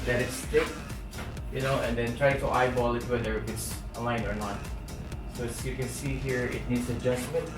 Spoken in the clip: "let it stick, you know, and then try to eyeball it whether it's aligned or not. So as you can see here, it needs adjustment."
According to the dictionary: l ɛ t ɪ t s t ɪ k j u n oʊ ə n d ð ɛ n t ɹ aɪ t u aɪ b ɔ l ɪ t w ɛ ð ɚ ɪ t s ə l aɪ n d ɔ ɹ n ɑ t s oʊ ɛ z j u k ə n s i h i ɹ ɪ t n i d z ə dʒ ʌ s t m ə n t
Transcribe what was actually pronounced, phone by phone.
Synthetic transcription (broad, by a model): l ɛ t ɪ t s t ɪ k j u n oʊ ə n d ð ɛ n t ɹ aɪ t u aɪ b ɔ l ɪ t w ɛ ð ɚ ɪ t s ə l aɪ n ɔ ɹ n ɑ t s oʊ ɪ s j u k ə n s i h i ɹ ɪ t n i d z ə dʒ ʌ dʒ m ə n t